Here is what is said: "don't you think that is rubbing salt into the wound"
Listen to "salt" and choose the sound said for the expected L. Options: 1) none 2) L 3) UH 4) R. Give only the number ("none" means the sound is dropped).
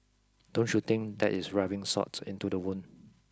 1